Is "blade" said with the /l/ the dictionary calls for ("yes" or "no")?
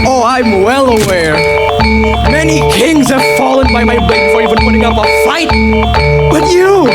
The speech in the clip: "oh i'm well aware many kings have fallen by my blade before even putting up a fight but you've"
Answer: no